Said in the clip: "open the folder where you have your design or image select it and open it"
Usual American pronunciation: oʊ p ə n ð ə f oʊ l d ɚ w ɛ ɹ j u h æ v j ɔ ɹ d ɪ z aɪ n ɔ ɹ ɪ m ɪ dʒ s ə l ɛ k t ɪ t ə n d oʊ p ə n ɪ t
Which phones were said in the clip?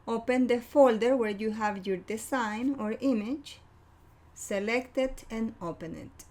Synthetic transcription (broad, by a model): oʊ p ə n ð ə f oʊ l d ɚ w ɛ ɹ j u h æ v j ɔ ɹ d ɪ s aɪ n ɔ ɹ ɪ m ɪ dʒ s ə l ɛ k t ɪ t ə n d oʊ p ə n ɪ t